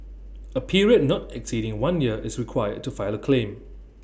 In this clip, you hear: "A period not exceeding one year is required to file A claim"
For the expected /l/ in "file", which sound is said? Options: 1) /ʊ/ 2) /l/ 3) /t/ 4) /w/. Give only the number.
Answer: 2